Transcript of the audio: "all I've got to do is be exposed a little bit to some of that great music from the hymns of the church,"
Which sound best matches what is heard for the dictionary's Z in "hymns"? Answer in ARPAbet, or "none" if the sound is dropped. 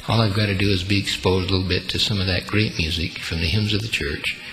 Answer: Z